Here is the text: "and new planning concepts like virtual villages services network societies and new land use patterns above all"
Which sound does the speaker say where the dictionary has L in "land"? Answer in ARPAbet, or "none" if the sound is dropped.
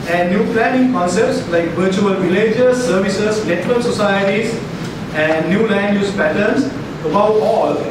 L